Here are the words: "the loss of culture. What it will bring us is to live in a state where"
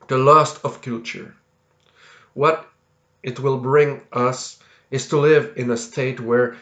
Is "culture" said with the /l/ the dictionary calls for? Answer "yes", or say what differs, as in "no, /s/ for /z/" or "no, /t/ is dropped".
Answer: no, /l/ is dropped